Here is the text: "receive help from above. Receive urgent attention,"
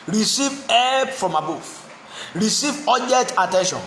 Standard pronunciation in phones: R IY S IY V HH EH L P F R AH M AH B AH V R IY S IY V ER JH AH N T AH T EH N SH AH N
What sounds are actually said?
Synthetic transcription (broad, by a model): R IY S IY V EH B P F R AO M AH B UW F R IY S IY V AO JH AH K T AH T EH N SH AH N